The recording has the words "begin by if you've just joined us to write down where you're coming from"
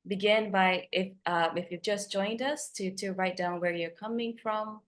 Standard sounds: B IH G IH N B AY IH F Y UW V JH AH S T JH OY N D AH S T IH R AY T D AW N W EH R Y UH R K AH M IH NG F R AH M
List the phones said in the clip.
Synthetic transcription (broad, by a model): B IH G IH N B AY IH F Y UW V JH AH S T JH OY N D AH S T IH R AY T D AW N W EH R Y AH R K AH M IH NG F R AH M